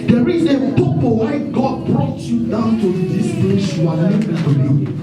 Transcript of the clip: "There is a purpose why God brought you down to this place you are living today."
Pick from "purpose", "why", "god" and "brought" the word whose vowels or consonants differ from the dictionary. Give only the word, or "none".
purpose